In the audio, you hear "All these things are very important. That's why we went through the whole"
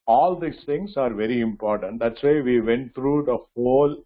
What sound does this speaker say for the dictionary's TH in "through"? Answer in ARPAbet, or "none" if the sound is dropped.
T